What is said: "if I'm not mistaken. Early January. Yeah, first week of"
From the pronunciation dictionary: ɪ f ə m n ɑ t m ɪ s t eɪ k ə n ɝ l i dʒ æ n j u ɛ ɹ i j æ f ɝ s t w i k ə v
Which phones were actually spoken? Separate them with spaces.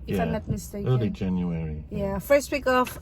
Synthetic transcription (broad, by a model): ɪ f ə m l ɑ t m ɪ s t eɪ ə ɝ l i dʒ æ n j u ɛ ɹ i j æ f ɝ s t w i k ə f